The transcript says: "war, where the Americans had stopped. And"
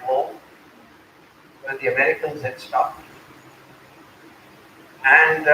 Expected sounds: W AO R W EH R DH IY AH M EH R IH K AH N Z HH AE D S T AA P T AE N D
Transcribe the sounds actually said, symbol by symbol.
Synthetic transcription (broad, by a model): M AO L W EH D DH IY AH M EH R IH K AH N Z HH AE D S T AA T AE N D